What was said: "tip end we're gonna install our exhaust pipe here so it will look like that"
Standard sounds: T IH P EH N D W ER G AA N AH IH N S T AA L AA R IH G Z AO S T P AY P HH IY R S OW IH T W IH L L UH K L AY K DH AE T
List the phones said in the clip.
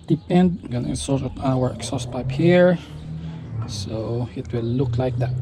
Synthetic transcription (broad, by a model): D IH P EH N D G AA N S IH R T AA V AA W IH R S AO S P AY P HH IY R S OW IH T W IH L L UH K L AY K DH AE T